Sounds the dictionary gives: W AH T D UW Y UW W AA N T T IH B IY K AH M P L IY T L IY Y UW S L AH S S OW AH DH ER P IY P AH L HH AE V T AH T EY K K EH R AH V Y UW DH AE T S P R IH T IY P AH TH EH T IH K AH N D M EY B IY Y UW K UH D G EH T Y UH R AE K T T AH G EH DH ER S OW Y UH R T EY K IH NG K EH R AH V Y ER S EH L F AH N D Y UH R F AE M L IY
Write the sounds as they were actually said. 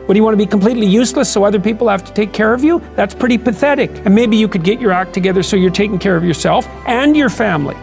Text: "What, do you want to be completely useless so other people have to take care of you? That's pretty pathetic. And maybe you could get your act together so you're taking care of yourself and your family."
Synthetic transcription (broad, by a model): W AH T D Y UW W AA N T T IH B IY K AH M P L IY T L IY Y UW S L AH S S OW AH DH ER P IY P L HH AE F T AH T EY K K EH R AH V Y UW DH AE T S P R IH T IY P AH TH EH T IH K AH N M EY B IY Y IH K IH D G EH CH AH R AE K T T AH G EH DH ER S OW Y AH R T EY K IH NG K EH R AH V Y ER S EH L F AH N Y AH R F AE M L IY